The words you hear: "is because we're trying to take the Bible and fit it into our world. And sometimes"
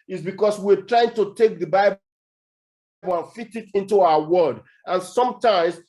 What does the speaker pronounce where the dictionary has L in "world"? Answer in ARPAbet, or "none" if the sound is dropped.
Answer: none